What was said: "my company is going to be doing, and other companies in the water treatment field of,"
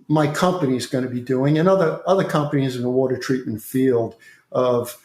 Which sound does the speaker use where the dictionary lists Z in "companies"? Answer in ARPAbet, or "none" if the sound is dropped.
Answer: Z